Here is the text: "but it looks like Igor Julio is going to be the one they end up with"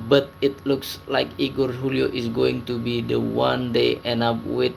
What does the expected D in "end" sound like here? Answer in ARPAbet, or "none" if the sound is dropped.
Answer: none